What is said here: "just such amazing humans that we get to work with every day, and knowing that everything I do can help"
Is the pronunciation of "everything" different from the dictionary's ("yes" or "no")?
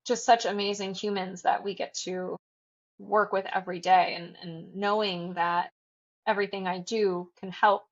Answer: no